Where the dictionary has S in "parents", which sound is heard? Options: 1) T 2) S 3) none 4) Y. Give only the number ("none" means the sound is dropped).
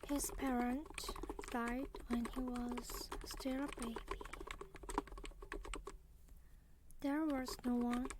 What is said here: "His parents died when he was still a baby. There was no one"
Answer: 3